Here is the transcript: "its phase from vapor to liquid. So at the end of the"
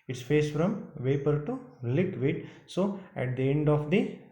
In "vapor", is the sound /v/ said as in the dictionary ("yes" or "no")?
yes